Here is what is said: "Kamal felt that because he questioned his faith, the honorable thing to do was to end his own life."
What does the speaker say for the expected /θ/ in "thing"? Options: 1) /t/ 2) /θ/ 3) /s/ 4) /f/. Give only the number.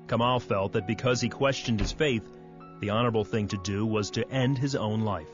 2